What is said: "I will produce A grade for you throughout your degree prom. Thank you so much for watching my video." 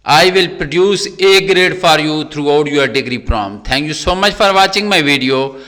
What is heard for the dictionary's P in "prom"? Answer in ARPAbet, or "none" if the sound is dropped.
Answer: P